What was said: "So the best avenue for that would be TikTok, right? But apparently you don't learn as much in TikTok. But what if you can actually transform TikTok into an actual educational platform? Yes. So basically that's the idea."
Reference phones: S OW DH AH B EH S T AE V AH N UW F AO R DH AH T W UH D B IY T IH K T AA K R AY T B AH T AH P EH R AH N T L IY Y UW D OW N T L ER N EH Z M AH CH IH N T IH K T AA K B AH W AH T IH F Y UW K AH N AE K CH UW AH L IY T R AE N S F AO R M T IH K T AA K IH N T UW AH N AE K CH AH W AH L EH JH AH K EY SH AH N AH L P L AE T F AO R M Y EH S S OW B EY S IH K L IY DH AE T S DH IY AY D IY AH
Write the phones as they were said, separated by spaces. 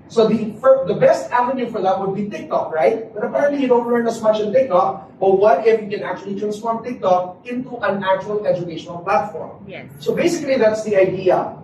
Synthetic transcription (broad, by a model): S OW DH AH B EH S T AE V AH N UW F AO R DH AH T W UH D B IY T IH K T AA K R AY T B AH T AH P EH R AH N T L IY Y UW D OW N T L ER N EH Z M AH CH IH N T IH K T AA K B AH W AH T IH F Y UW K AH N AE K CH UW AH L IY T R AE N S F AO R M T IH K T AA K IH N T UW AH N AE K CH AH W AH L EH JH AH K EY SH AH N AH L P L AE T F AO R M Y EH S S OW B EY S IH K L IY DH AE T S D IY AY D IY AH